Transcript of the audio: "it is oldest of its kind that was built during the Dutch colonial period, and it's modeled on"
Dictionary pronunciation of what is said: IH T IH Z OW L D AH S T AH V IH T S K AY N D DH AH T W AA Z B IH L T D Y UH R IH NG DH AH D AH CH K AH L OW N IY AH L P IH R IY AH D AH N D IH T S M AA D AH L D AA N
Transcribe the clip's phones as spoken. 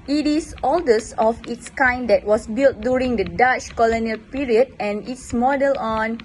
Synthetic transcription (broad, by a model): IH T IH S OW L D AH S AH F IH T S K AY N D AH T W AA S B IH L T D Y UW R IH NG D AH D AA CH K AH L OW N IY AH L P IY R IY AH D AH N IH T S M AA D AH L AA N